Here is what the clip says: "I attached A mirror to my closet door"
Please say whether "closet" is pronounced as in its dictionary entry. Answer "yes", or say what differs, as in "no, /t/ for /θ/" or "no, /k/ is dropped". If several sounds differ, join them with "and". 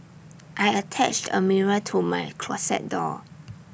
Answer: no, /s/ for /z/